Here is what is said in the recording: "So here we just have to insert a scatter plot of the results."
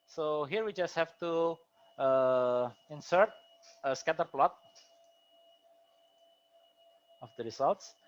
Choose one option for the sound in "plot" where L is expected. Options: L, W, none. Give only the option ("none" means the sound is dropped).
L